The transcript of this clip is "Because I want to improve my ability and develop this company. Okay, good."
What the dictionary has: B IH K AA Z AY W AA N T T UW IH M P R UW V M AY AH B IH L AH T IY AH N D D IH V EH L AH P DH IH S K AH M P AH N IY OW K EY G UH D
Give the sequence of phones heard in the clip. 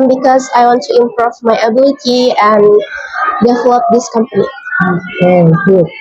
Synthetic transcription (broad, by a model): B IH K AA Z AY W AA N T T UW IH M P R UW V M AY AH B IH L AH T IY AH N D D IH V EH L AH P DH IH S K AH M P AH N IY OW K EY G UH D